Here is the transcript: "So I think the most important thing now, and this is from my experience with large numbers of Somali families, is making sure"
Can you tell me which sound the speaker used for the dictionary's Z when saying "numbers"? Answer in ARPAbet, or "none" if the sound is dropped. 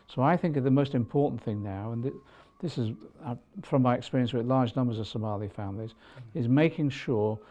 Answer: Z